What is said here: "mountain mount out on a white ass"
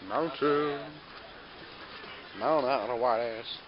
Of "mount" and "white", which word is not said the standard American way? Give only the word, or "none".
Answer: mount